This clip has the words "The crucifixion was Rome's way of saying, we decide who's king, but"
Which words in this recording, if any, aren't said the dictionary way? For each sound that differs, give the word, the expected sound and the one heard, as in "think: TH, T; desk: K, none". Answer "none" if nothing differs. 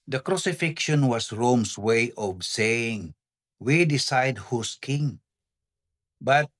was: Z, S; rome's: Z, S; who's: Z, S